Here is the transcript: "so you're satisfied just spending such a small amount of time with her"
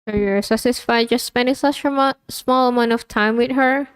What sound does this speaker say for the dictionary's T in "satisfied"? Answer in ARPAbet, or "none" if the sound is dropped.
S